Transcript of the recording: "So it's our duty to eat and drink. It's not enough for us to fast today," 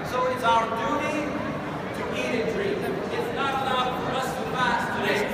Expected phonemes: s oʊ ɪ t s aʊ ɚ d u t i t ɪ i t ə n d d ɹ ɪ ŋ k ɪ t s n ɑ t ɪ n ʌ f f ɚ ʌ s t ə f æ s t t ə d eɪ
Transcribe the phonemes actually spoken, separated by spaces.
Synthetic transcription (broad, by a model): s oʊ ɪ t s aʊ ɚ d u t i t ɪ i t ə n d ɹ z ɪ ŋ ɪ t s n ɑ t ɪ l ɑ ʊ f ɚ ʌ s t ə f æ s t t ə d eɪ